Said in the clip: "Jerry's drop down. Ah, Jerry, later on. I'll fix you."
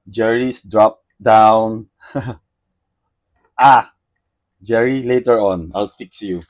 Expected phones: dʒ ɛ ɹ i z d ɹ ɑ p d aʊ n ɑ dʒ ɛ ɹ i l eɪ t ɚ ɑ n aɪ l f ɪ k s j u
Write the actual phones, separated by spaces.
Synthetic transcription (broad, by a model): dʒ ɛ ɹ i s d ɹ ɑ p d aʊ n ɑ dʒ ɛ ɹ i l eɪ t ɚ ɑ n aɪ l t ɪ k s j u